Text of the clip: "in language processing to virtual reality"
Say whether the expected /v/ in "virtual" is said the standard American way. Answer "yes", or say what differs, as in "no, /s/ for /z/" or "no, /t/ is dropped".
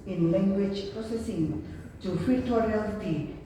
no, /f/ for /v/